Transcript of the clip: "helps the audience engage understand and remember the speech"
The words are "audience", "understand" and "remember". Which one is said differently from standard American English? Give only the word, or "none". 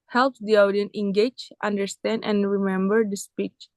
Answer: audience